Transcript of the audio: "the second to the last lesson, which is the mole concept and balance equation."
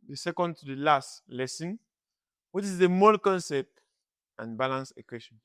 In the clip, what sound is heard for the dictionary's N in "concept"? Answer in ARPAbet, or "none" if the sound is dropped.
N